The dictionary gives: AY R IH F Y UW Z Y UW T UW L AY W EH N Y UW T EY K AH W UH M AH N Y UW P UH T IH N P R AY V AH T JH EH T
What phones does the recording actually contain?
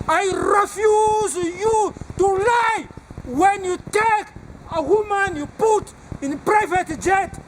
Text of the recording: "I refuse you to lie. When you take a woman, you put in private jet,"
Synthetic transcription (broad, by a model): AY R IH F Y UW Z Y UW T UW L AY W EH N Y UW T EY K AH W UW M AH N Y UW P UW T IH N P R AY V AH T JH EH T